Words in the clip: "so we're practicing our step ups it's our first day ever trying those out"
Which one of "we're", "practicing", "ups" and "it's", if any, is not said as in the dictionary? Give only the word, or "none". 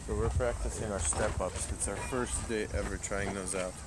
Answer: none